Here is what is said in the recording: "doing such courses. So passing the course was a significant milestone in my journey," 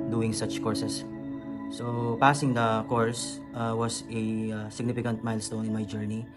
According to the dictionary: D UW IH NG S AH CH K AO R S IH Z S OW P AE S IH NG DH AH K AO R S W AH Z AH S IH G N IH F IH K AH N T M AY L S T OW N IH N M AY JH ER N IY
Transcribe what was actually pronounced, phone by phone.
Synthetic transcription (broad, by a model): D UW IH NG S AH CH K AO R S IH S S OW P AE S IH NG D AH K AO R S W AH S AH S IH G N IH F IH K AH N T M AY L S T OW N IH N M AY JH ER N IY